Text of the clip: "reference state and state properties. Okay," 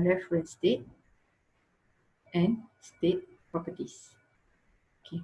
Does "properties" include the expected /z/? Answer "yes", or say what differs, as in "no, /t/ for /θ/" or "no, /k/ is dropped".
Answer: no, /s/ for /z/